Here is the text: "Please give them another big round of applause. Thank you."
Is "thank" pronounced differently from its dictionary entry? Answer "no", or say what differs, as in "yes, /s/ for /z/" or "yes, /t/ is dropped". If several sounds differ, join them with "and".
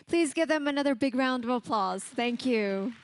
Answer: no